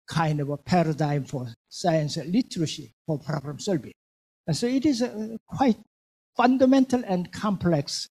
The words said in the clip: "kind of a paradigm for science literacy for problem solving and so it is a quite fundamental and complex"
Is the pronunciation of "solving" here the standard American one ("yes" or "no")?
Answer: no